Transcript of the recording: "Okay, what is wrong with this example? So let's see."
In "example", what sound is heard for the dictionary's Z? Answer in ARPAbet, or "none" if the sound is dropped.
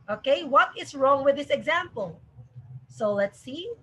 Z